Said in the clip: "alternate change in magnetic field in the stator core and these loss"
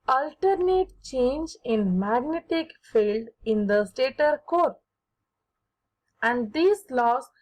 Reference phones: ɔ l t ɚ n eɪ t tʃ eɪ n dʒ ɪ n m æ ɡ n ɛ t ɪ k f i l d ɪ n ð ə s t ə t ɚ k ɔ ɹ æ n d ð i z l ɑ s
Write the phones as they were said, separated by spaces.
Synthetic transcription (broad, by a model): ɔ l t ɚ n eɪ t tʃ eɪ n dʒ ɪ n m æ ɡ n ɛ t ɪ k f i l d ɪ n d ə s t ə t ɚ k ɔ ɹ æ n d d i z l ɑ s